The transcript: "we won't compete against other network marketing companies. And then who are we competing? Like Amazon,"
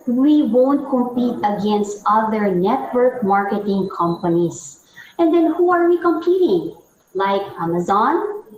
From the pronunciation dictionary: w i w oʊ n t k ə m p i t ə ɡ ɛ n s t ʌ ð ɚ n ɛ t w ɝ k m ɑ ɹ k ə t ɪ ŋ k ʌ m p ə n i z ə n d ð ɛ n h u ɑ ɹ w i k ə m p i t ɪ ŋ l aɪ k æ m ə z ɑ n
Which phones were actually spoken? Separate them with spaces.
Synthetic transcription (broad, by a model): w i w oʊ n t k ə m p i t ə ɡ ɛ n s t ʌ ð ɚ n ɛ t w ɝ k m ɑ ɹ k ə t ɪ ŋ k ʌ m p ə n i s ə n d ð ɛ n h u ɑ ɹ w i k ə m p i t ɪ ŋ l aɪ k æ m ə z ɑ n